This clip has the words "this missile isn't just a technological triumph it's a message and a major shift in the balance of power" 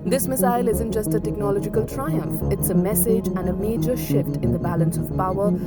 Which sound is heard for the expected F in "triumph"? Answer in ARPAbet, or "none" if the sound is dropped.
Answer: F